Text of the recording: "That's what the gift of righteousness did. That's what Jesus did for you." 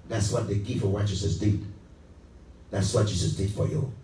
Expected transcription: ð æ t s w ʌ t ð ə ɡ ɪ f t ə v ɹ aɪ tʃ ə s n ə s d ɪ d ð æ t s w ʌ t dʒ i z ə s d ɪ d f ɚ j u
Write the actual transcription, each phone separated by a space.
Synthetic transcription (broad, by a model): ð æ t s w ʌ t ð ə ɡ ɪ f ə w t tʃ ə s ə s d ɪ d ð æ t s w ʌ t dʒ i s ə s d ɪ d f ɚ j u